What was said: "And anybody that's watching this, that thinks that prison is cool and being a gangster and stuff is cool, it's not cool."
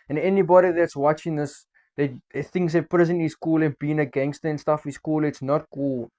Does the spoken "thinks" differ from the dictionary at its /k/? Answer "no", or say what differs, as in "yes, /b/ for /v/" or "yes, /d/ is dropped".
yes, /k/ is dropped